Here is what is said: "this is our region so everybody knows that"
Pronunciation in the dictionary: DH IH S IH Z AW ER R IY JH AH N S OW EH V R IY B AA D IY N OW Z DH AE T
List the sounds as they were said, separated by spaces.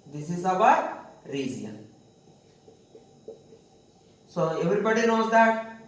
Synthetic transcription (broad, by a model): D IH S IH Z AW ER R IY Z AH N S OW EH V R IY B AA D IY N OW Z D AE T